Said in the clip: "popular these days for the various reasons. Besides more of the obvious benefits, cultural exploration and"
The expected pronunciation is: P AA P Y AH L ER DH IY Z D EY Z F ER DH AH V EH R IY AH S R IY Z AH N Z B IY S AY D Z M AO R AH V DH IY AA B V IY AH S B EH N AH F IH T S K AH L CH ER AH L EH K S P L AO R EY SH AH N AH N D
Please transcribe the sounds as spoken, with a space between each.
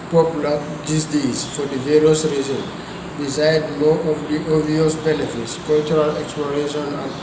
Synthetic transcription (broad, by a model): P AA P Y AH L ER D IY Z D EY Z F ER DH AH V EH R IY AH S R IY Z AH N B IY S AY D M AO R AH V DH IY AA V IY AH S B EH N AH F IH T S K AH L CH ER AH L EH K S P L AO R EY SH AH N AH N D